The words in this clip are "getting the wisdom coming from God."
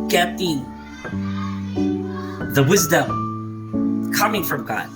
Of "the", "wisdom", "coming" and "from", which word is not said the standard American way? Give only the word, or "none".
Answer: none